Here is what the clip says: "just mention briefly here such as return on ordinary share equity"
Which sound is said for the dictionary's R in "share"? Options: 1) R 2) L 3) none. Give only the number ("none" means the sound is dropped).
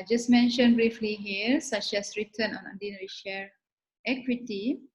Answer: 2